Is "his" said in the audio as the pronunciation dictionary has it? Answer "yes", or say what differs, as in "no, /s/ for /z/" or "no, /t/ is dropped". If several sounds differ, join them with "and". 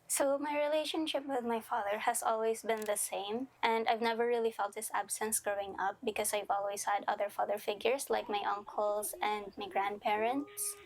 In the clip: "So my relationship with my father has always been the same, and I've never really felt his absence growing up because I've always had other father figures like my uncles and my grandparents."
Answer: no, /s/ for /z/